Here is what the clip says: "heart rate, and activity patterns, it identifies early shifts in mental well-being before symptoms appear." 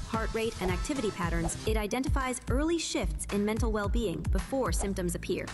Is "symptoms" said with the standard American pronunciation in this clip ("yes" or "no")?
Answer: yes